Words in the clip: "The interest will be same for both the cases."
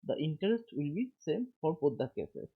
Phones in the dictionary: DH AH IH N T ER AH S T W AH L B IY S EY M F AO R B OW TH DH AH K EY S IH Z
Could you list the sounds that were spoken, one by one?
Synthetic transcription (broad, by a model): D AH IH N T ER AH S T W AH L B IY S EY M F AO R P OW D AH K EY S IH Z